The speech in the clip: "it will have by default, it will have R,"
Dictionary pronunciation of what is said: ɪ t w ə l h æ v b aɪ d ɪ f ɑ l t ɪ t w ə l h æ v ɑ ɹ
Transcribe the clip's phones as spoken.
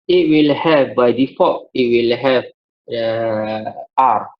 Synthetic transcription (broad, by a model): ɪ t w ə l h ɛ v b aɪ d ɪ f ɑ t ɪ t w ə l h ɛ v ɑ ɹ